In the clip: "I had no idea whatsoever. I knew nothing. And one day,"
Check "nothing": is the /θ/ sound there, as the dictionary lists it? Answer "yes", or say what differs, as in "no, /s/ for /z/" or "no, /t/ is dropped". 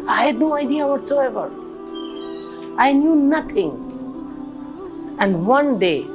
no, /t/ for /θ/